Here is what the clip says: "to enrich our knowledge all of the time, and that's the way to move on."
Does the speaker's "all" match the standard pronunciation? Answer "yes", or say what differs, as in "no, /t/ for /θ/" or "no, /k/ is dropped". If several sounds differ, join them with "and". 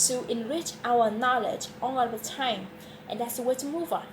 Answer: no, /n/ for /l/